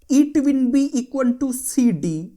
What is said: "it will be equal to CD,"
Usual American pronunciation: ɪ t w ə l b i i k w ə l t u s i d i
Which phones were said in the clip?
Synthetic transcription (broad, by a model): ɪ t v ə n b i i k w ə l t u s i d i